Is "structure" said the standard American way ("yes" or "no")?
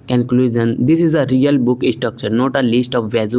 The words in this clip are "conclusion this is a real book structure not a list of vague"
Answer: no